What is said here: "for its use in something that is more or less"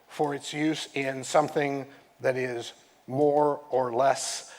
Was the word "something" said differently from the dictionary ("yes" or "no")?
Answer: no